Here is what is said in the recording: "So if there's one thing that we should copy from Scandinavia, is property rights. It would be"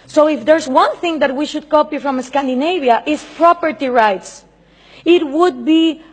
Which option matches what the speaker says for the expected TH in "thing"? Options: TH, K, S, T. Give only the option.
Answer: TH